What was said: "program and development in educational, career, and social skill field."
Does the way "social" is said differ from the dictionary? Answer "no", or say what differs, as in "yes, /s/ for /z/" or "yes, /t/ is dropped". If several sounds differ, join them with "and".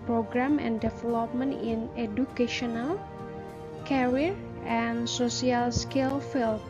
yes, /s/ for /ʃ/